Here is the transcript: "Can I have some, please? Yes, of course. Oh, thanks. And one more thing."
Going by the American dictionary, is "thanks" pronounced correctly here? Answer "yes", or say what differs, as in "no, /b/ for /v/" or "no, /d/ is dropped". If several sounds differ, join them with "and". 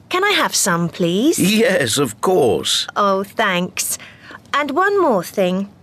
yes